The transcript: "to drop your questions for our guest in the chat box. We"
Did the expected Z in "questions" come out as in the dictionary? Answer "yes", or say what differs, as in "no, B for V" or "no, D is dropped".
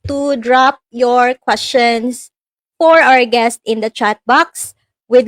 no, S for Z